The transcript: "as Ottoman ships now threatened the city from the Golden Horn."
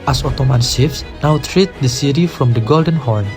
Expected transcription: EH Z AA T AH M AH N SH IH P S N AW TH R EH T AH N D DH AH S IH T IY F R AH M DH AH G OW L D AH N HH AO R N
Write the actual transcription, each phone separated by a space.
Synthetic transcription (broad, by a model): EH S AA T AH M AH N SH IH F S N AW T R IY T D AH S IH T IY F R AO M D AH G OW L D AH N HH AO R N